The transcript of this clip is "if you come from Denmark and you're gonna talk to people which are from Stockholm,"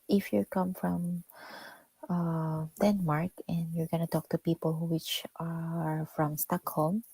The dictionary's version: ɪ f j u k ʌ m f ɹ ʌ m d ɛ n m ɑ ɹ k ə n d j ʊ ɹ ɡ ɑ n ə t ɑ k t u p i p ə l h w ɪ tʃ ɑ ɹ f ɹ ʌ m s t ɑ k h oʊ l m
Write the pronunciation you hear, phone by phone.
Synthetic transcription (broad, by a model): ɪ f j u k ʌ m f ɹ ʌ m d ɛ n m ɑ ɹ k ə n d j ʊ ɹ ɡ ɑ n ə t ɑ k t u p i p ə l h w ɪ tʃ ɑ ɹ f ɹ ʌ m s t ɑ k h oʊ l m